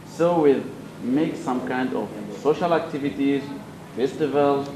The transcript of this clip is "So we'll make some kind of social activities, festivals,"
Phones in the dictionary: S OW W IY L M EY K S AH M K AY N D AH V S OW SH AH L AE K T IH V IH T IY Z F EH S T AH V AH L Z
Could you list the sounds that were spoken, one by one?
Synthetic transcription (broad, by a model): S OW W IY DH M EY K S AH M K AY N D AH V S OW SH AH L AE K T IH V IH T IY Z F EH S T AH V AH L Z